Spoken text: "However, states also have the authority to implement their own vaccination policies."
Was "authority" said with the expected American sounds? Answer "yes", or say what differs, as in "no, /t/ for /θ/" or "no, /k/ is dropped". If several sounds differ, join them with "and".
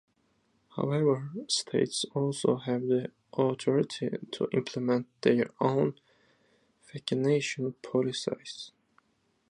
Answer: no, /t/ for /θ/